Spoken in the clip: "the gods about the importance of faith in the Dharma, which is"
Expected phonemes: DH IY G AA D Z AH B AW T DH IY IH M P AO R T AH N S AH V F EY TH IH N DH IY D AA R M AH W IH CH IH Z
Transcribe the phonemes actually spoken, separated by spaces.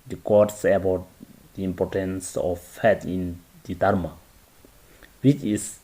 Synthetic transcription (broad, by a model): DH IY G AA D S AH B AW T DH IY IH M P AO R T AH N S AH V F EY T IH N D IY D AA R M AH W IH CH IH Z